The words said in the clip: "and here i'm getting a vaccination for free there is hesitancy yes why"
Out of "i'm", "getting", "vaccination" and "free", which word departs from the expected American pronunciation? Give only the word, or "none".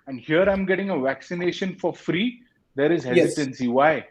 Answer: none